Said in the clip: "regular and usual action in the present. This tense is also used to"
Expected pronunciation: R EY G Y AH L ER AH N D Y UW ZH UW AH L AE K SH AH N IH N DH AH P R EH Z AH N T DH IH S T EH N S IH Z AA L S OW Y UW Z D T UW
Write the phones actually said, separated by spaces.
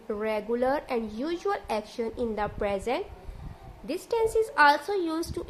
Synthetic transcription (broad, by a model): R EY G Y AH L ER AH N D Y UW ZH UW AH L AE K SH AH N IH N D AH P R EH Z AH N T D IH S T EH N S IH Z AA L S OW Y UW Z T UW